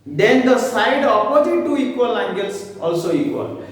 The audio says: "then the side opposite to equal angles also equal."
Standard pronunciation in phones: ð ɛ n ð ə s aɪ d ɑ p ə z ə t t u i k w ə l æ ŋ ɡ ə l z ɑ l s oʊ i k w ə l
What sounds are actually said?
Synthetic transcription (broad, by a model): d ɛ n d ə s aɪ d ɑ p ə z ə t t u i k w ə l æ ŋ ɡ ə l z ɑ l s oʊ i k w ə l